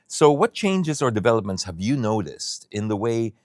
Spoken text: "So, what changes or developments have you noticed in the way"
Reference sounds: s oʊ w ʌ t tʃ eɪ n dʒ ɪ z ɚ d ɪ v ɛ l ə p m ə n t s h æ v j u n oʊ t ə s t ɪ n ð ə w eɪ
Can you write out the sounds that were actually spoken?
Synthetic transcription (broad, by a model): s oʊ w ʌ t tʃ eɪ n dʒ ɪ z ɚ d ɪ v ɛ l ə p m ə n t s h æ v j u n oʊ t ə s t ɪ n ð ə w eɪ